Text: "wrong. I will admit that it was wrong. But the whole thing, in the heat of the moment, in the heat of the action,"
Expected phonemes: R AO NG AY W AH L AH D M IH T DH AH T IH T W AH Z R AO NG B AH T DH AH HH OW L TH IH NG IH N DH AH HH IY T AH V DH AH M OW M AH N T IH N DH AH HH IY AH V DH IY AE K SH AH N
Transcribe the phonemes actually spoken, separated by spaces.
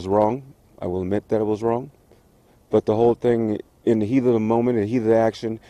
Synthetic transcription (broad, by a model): R AO NG AY W AH L AH D M IH T DH AH T IH T W AH Z R AO NG B AH T DH AH HH OW L TH IH NG IH N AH HH IY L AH DH AH M OW M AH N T IH N HH IY DH IY AE K SH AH N